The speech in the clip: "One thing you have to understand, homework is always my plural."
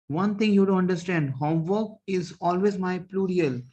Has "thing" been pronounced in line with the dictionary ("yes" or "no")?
no